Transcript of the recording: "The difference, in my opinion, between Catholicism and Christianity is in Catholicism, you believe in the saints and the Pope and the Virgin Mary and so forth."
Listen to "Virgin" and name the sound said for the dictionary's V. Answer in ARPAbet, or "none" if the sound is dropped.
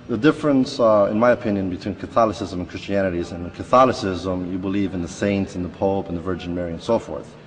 V